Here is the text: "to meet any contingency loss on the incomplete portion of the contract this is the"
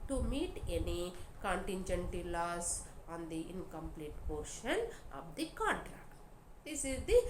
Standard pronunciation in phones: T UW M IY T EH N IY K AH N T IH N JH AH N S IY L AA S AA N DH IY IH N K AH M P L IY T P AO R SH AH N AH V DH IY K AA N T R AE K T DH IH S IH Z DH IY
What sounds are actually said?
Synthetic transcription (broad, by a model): T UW M IY T EH N IY K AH N T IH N JH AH N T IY L AA S AA N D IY IH N K AH M P L IY T P AO R SH AH N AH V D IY K AA N T R AE K T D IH S IH Z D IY